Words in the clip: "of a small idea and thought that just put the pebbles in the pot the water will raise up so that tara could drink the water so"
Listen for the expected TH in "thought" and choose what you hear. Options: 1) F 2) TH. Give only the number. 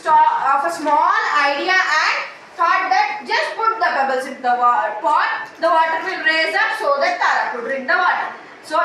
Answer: 1